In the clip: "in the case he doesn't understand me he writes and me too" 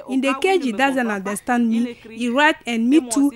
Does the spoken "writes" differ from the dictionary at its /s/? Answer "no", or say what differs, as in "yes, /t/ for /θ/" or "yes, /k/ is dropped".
yes, /s/ is dropped